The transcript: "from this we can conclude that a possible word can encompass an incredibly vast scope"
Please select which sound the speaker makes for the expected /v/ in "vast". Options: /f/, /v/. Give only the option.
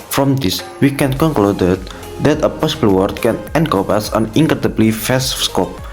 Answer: /f/